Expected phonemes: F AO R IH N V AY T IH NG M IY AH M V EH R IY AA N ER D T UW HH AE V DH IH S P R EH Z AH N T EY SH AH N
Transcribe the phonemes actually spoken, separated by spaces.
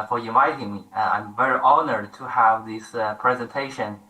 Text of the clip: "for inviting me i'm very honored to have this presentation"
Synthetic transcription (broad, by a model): F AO R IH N AY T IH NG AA AH M V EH R IY AA N ER D T UW HH AE V DH IH S P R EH Z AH N T EY SH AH N